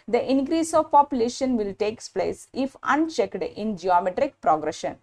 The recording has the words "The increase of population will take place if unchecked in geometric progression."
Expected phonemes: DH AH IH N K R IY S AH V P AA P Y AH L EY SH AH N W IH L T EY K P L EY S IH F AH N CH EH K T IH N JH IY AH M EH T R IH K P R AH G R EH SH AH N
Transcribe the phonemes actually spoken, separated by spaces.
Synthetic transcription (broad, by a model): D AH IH N K R IY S AH V P AA P Y AH L EY SH AH N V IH L T EY K P L EY S IH F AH N CH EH K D IH N JH IY AH M EH T R IH K P R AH G R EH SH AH N